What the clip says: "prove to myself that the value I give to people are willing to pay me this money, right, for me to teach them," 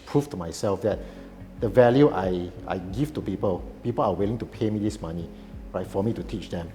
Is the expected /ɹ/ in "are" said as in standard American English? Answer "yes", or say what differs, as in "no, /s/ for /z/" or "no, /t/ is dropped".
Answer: no, /l/ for /ɹ/